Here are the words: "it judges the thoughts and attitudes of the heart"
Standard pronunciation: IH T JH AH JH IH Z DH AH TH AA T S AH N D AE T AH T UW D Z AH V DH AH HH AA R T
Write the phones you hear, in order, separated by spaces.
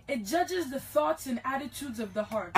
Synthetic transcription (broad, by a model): IH T JH AH JH IH Z DH AH TH AA T S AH N AE T AH T UW D Z AH V DH AH HH AA R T